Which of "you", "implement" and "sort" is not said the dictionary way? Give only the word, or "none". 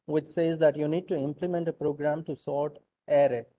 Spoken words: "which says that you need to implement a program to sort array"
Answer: none